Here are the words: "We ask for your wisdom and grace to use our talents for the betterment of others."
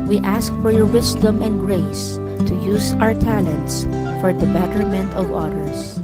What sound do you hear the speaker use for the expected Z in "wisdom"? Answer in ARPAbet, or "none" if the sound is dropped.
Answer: S